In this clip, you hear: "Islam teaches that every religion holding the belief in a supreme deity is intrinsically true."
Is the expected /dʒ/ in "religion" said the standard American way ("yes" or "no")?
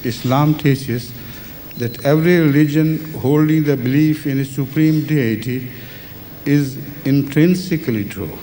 yes